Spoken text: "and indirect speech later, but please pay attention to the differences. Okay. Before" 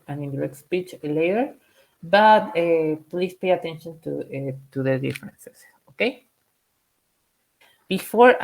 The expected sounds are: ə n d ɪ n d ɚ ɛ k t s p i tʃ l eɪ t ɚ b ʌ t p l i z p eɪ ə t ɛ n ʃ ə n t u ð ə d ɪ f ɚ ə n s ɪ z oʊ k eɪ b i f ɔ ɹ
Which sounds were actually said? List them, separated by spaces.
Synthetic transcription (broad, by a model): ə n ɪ n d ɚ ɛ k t s p i tʃ l eɪ t ɚ b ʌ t p l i s p eɪ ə t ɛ n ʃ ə n t u ð ə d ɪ f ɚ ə n s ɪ s oʊ k eɪ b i f ɔ ɹ